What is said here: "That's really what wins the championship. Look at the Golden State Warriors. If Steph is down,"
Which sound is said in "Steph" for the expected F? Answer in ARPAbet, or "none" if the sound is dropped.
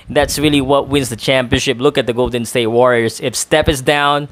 P